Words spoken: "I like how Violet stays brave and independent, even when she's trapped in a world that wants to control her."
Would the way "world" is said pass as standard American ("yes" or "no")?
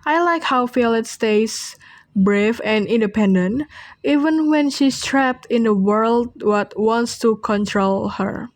yes